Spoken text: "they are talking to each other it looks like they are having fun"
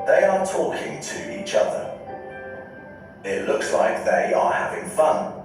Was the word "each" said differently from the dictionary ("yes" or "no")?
no